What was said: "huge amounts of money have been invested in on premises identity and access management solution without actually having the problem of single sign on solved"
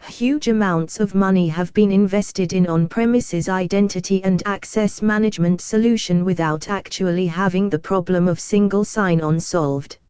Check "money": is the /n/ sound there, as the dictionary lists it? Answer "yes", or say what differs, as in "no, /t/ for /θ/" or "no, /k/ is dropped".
yes